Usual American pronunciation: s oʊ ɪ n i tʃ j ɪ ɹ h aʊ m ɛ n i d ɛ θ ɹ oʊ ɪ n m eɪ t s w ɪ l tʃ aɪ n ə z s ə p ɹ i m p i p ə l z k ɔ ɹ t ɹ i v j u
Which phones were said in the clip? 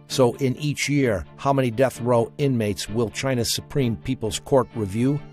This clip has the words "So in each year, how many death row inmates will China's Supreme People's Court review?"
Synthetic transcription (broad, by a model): s oʊ ɪ n i tʃ j ɪ ɹ h aʊ m ɛ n i d ɛ θ ɹ oʊ ɪ n m eɪ t s w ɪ l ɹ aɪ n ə s ə p ɹ i m p i p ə l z k ɔ ɹ t ɹ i v j u